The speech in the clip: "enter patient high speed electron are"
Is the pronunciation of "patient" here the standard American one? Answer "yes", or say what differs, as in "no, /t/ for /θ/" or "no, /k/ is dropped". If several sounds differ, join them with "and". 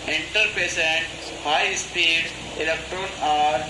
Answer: no, /s/ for /ʃ/